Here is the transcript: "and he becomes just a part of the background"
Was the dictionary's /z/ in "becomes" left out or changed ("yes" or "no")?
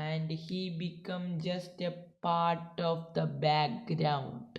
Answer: yes